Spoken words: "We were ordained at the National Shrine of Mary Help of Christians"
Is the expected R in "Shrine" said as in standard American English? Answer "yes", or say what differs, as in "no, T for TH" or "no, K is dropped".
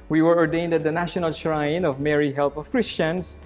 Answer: yes